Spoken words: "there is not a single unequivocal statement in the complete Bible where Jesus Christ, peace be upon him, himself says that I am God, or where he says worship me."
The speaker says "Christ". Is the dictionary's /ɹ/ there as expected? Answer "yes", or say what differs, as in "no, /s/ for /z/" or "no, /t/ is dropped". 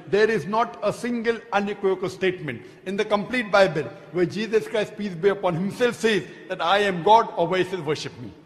yes